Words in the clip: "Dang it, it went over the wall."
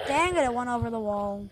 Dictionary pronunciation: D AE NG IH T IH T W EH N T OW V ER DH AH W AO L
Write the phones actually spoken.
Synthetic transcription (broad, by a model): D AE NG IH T IH T W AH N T OW V ER DH AH W AO L